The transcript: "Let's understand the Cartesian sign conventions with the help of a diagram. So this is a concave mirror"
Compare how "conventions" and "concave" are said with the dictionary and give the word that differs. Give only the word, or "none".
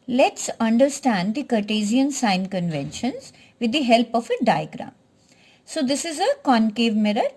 none